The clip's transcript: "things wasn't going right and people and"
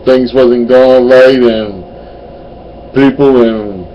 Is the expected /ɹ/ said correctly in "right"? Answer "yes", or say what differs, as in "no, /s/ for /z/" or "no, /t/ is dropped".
no, /l/ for /ɹ/